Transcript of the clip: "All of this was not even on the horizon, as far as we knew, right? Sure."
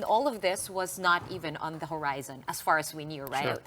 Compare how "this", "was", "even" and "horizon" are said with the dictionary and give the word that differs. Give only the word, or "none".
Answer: none